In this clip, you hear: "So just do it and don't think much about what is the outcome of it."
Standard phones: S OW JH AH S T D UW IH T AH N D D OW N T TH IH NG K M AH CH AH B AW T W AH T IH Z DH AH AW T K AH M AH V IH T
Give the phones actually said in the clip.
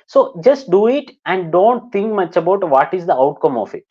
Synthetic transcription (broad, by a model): S OW JH AH S T D UW IH T AH N D D OW N T T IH NG K M AH CH AH B AW T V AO T IH Z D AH AW T K AH M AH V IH T